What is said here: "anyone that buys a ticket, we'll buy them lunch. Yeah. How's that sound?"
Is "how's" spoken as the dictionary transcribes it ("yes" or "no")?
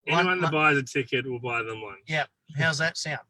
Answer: yes